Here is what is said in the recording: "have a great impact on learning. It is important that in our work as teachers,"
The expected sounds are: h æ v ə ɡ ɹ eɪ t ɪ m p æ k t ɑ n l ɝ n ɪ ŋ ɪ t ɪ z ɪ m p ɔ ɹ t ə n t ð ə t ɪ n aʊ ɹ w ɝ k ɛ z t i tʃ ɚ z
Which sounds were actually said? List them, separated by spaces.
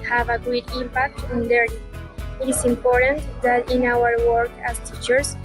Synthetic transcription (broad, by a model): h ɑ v ə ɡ u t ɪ m p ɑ k t ɑ n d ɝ ɪ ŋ ɪ t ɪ s ɪ m p ɔ ɹ t ə n t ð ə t ɪ n aʊ ɹ w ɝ k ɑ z t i tʃ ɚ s